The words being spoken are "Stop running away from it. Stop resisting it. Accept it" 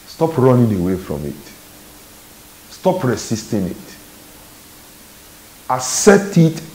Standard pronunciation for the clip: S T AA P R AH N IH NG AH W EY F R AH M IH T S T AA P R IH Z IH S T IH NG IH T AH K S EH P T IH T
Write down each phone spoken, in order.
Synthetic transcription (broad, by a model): S T AA P R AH N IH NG AH W EY F R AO M IH T S T AA P R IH S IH S T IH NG IH T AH S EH T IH T